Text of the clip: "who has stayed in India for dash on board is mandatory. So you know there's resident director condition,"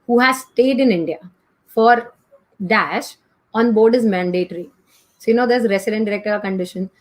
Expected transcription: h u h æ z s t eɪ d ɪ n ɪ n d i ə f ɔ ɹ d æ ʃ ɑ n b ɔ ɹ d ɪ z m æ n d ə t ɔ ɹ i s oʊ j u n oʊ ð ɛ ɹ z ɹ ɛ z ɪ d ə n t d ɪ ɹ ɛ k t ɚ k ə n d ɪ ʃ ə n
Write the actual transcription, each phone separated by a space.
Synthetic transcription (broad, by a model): h u h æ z s t eɪ d ɪ n ɪ n d i ə f ɔ ɹ d æ ʃ ɑ n b ɔ ɹ d ɪ z m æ n d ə t ɹ i s oʊ j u n oʊ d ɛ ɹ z ɹ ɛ s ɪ d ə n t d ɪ ɹ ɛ k t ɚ k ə n d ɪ ʃ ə n